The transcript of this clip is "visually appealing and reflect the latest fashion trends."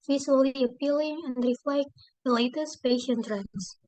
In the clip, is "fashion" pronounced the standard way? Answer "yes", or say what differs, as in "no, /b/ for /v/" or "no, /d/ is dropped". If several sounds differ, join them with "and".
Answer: no, /p/ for /f/